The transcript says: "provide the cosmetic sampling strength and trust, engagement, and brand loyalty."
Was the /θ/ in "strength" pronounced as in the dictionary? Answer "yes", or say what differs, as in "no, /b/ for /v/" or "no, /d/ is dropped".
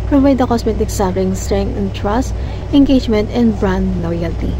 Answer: no, /t/ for /θ/